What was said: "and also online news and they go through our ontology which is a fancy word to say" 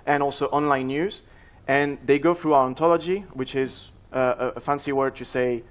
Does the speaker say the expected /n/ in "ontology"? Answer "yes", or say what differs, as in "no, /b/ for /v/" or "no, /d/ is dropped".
yes